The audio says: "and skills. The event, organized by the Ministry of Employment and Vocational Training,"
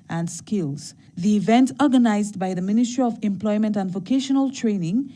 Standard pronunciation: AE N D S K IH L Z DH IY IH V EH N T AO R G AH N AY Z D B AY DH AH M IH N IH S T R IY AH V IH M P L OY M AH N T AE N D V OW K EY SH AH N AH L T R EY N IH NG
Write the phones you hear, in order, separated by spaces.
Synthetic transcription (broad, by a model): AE N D S K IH L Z DH IY IH V EH N T AO R G AH N AY Z D B AY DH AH M IH N IH S T R IY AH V IH M P L OY M AH N T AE N D V OW K EY SH AH N AH L T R EY N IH NG